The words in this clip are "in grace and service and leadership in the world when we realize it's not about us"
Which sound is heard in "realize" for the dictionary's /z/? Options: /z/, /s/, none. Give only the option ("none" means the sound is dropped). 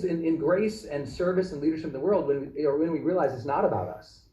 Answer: /z/